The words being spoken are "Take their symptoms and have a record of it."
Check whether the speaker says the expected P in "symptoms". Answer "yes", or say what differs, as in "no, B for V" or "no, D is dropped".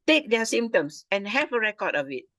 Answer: no, P is dropped